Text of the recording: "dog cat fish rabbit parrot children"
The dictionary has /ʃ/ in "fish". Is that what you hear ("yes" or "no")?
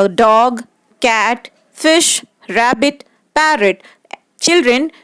yes